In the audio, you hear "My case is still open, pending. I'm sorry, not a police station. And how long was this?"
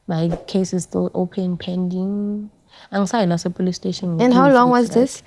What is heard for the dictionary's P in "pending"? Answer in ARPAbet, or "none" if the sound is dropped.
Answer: P